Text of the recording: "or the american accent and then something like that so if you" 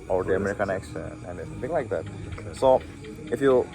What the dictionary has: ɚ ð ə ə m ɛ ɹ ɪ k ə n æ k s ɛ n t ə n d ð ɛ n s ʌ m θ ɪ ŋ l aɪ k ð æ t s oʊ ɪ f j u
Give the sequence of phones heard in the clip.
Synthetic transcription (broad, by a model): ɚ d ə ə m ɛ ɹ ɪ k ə n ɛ k ʃ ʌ n ə n d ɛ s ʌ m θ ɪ ŋ l aɪ k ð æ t s oʊ ɪ f j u